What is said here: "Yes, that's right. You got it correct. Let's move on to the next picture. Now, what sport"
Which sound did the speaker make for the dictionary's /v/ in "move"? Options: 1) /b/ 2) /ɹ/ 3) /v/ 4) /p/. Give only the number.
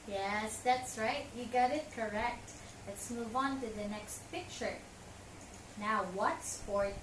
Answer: 3